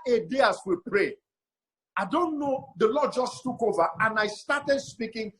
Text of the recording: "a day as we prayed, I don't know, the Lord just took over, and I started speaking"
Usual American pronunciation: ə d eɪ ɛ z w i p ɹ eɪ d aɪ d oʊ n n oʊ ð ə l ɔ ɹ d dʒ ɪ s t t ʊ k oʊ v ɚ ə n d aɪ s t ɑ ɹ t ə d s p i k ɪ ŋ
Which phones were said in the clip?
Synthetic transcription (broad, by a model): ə d eɪ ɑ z w i p ɹ eɪ aɪ d oʊ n n oʊ ð ə l ɔ d dʒ ɪ s t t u k oʊ v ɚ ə n aɪ s t ɑ t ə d s p i k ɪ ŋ